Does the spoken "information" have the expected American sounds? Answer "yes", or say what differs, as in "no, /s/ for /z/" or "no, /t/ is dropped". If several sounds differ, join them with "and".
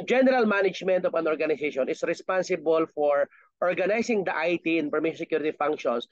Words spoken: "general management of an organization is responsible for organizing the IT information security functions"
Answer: no, /p/ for /f/